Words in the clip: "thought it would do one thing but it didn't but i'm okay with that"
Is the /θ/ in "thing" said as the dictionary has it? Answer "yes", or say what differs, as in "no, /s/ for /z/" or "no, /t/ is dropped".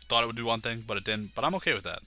yes